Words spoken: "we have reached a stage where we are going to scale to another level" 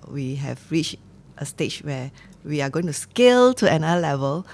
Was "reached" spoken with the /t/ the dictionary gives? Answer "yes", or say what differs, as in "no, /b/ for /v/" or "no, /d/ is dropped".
yes